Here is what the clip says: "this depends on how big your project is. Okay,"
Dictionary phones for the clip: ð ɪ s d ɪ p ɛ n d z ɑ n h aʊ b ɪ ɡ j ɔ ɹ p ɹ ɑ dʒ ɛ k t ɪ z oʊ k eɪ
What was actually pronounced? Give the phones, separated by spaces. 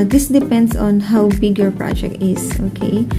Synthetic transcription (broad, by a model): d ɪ s d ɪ p ɛ n d s ɑ n h aʊ b ɪ ɡ j ɔ ɹ p ɹ ɑ dʒ ɛ k t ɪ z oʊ k eɪ